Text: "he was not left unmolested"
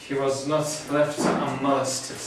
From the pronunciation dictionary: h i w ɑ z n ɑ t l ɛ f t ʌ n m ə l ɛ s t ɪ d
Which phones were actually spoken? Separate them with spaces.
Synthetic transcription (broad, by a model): h i w ɑ z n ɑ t l ɛ f t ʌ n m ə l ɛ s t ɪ